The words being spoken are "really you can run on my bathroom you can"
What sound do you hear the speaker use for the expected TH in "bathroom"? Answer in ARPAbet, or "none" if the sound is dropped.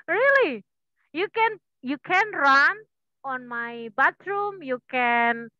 T